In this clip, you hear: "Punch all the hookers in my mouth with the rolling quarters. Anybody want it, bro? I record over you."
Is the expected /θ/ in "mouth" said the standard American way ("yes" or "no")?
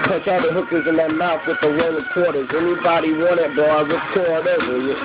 no